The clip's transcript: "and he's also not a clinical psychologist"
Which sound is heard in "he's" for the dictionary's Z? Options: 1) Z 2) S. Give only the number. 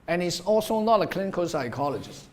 2